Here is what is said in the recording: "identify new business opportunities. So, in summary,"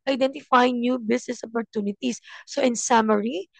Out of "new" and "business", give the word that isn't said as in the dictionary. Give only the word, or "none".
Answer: business